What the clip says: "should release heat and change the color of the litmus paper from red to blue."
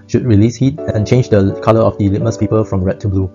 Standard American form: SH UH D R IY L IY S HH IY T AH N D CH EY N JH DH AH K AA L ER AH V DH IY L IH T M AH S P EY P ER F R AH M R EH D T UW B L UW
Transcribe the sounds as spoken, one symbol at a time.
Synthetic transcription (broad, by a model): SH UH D R IY L IY S HH IY T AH N CH EY N JH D AH K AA L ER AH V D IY L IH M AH S P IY P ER F R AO M R EH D T UW B L UW